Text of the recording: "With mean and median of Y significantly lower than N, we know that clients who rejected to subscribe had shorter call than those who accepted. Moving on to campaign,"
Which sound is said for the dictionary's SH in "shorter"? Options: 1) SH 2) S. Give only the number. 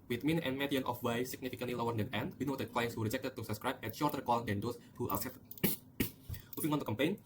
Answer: 1